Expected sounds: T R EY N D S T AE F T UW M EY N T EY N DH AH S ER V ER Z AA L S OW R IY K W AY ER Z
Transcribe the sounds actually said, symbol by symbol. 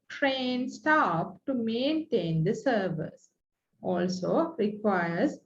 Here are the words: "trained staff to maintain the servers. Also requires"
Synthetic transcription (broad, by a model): T R EY N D S T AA P T UW M EY N T EY N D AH S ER V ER S AA L S OW R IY K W AY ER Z